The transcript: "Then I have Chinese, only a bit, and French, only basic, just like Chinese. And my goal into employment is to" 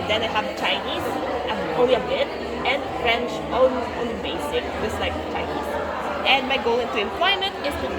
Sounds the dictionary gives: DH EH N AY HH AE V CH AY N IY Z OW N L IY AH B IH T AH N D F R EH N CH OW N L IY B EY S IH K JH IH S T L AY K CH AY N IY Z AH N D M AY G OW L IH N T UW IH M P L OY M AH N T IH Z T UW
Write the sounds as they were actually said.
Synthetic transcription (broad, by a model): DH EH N AY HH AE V CH AY N IY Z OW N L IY AH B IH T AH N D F R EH N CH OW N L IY B EY S IH K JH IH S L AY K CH AY N IY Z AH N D M AY G OW L IH N T UW IH M P L OY M AH N T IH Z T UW